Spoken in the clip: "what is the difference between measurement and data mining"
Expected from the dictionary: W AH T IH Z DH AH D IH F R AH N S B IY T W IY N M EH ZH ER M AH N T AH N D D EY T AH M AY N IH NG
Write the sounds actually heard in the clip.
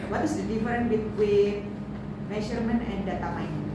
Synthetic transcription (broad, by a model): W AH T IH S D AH D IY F R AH N B IY T W IY N M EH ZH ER M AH N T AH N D D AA T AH M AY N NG